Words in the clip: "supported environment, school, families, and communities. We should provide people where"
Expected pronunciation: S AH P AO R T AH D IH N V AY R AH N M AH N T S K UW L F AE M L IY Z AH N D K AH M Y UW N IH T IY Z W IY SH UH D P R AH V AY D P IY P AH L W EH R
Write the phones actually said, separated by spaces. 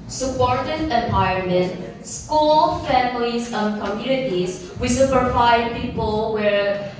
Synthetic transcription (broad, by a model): S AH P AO R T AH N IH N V AY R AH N M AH N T S K UW L F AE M L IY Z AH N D K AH M Y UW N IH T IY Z W IY S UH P AH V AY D P IY P AH L W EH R